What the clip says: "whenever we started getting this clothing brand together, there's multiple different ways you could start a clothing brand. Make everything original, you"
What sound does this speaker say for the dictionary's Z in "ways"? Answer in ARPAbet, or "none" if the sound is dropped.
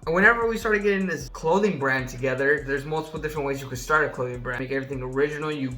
Z